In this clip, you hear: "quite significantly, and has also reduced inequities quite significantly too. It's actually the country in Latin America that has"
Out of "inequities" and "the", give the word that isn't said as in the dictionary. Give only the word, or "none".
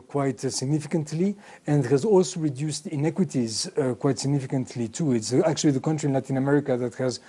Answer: none